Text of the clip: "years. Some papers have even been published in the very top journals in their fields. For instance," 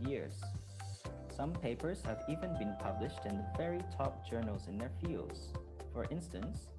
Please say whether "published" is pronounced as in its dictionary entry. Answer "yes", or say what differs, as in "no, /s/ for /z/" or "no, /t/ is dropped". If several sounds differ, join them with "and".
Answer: yes